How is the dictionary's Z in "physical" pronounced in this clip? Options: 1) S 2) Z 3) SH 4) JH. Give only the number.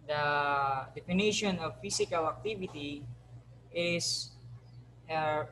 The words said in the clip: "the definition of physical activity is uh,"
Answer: 1